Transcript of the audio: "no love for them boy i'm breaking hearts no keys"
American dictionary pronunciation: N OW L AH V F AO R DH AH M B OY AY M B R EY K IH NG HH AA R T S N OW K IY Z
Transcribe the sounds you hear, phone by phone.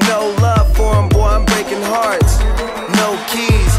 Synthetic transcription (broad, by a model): N OW L AH V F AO R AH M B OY AY M B R EY K IH NG HH AA R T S N OW K IY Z